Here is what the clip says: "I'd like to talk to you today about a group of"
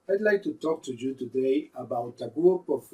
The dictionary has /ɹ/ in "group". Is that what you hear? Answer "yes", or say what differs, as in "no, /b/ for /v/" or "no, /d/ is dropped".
no, /ɹ/ is dropped